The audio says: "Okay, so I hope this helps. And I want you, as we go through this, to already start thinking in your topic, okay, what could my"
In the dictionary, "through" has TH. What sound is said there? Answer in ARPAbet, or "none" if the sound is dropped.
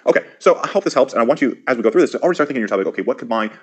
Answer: TH